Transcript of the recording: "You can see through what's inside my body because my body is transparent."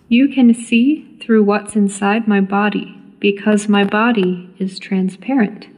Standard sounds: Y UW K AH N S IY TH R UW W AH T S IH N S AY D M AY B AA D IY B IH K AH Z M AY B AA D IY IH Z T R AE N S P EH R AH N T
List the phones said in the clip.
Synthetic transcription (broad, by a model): Y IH K AH N S IY TH R UW W AH T S IH N S AY D M AY B AA D IY B IH K AH Z M AY B AA D IY IH Z T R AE N S P EH R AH N T